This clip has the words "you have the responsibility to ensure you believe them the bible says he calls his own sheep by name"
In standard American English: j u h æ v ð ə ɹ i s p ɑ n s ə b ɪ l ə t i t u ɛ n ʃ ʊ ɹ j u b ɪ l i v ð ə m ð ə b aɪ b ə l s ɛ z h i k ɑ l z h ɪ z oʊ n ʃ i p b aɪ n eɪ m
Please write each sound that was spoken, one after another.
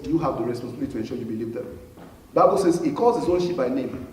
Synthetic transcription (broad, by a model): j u h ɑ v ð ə ɹ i s p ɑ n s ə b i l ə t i t u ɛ n ʃ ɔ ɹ j u b ɪ l i v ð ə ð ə b aɪ b ə l s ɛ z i k ɑ z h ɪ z oʊ n ʃ i p b aɪ n eɪ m